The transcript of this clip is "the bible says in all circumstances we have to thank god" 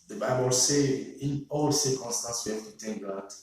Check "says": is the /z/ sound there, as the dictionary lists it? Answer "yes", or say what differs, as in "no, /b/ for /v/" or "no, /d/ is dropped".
no, /z/ is dropped